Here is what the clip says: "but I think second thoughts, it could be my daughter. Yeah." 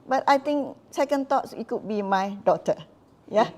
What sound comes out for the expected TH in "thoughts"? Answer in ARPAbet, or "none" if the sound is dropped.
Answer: T